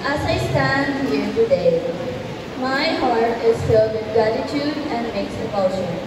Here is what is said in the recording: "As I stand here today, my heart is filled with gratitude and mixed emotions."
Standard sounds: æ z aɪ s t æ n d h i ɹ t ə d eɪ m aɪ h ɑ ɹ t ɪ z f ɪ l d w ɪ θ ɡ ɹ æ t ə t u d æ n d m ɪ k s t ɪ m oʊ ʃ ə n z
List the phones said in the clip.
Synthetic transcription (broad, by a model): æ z aɪ s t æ n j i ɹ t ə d eɪ m aɪ h ɑ ɹ t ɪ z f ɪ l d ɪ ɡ ɹ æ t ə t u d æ n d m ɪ k s ɪ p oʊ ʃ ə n